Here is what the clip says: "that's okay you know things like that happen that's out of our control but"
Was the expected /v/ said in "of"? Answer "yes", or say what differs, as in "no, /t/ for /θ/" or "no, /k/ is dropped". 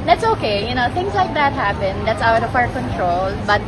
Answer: no, /p/ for /v/